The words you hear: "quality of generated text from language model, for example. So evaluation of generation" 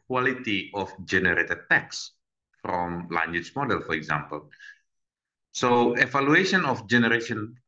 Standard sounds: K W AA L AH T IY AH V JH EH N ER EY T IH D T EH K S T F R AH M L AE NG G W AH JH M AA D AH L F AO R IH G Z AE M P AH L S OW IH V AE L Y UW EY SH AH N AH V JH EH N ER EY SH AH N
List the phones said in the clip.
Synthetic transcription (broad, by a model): K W AA L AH T IY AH F JH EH N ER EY T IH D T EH K S F R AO M L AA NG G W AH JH M AA D AH L F AO R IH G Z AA M P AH L S OW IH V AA L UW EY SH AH N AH F JH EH N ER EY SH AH N